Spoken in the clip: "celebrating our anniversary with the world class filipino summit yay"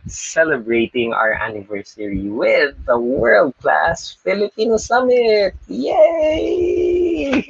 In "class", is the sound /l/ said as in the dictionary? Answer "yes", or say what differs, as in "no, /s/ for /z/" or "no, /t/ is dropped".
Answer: yes